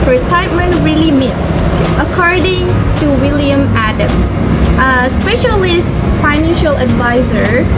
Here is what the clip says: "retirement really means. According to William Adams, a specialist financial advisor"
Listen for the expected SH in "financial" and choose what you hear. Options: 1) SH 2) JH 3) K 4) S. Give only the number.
1